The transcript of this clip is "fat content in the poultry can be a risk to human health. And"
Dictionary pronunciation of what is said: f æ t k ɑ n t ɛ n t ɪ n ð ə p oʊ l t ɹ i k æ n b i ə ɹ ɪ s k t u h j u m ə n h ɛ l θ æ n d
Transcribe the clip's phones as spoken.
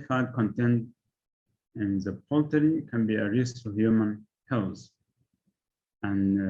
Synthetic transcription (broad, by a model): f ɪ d k ɑ n t ɛ n t ɪ n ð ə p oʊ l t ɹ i k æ n b i ə ɹ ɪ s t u h j u m ə n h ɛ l s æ n